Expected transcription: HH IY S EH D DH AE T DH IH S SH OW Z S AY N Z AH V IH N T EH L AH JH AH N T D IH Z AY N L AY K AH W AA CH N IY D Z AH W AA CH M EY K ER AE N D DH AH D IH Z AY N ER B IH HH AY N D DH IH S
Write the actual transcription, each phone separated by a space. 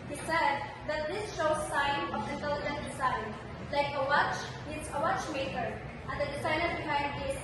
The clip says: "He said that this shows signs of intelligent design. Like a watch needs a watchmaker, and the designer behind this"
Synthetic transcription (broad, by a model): HH IY S EH D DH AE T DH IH S SH OW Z S AY N AH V IH N T EH L AH JH AH N T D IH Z AY N L AY K AH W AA CH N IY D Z AH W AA CH M EY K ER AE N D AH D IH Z AY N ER B IH HH AY N D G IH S